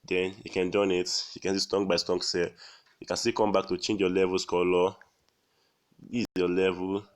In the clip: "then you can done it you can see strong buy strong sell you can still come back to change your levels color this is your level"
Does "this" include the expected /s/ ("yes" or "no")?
no